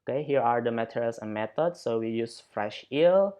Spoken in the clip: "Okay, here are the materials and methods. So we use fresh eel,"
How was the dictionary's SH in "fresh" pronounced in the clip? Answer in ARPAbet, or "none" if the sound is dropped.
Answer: SH